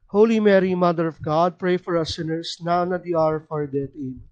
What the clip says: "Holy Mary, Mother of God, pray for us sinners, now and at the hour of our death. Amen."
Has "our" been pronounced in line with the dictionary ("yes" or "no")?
yes